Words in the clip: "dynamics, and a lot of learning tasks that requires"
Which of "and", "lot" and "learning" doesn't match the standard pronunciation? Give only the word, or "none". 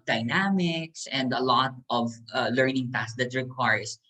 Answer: none